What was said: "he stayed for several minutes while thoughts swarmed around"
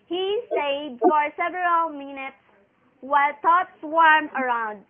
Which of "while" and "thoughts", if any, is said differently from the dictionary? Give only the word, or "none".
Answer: thoughts